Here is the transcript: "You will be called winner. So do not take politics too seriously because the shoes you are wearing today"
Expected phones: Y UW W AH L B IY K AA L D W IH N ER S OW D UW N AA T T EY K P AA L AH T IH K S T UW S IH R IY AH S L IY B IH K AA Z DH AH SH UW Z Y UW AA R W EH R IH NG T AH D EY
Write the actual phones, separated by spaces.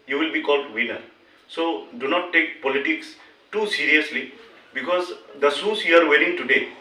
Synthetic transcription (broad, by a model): Y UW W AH L B IY K AA L D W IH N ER S OW D UW N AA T T EY K P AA L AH T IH K S T UW S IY R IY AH S L IY B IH K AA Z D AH S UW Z Y UW AA R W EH L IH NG T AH D EY